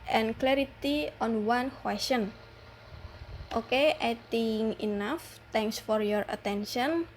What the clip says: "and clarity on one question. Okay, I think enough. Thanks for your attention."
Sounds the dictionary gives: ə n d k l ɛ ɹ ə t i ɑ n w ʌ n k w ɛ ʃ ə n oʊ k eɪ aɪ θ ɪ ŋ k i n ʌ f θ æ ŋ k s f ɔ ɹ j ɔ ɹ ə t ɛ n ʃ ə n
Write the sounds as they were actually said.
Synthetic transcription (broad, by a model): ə n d k l ɛ ɹ ə t i ɑ n w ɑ n k w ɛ s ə n oʊ k eɪ aɪ t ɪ ŋ i n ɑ f t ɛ ŋ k s f ɔ ɹ j ɔ ɹ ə t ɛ n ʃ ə n